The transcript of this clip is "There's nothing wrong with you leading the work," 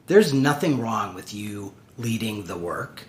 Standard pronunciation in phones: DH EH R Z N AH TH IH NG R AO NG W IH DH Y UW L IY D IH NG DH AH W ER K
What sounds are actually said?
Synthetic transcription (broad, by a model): DH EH R Z N AH TH IH NG R AO NG W IH DH Y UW L IY D IH NG DH AH W ER K